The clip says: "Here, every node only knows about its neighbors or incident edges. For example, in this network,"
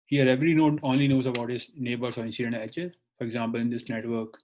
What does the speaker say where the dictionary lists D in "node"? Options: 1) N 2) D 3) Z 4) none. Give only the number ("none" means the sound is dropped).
4